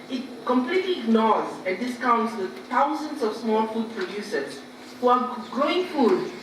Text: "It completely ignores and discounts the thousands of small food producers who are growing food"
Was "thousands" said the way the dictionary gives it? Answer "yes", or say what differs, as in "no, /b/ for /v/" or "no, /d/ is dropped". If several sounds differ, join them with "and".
no, /t/ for /θ/